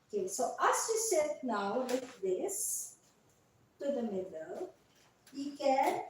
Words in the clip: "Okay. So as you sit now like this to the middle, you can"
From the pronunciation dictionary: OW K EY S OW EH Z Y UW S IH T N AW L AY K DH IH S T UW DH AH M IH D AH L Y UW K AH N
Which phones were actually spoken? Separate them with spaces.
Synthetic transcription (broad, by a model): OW K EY S OW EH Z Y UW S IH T N AW W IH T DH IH S T UW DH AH M IH D AH L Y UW K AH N